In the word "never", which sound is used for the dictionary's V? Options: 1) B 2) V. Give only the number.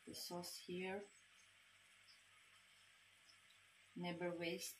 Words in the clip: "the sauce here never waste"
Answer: 1